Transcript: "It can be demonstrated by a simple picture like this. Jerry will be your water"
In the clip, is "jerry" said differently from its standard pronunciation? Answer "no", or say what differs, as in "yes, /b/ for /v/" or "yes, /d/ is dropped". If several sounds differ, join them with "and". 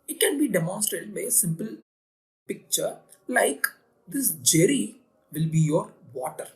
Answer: no